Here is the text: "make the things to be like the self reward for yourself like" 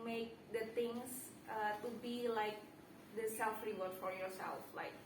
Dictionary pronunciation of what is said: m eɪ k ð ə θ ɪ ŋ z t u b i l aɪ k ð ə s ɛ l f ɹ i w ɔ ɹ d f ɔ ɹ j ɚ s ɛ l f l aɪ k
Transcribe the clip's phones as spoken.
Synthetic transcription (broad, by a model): m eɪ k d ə t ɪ ŋ s t u b i l aɪ k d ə s ɛ l f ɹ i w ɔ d f ɔ ɹ j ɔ s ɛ l f l aɪ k